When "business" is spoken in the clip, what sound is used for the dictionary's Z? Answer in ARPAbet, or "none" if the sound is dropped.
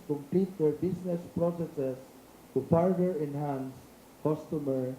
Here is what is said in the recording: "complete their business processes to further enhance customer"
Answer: S